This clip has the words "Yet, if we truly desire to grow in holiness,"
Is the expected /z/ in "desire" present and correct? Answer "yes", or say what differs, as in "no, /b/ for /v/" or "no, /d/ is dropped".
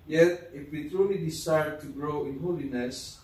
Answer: no, /s/ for /z/